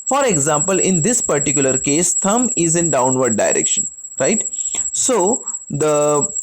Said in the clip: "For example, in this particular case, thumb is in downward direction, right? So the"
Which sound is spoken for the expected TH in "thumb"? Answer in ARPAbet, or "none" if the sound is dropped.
T